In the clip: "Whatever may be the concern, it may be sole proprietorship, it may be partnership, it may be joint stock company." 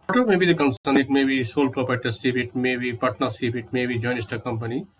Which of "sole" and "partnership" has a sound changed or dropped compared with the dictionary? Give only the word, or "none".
partnership